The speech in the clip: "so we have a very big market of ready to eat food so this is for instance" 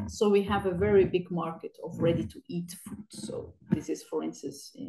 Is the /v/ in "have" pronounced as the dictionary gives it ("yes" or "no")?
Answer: yes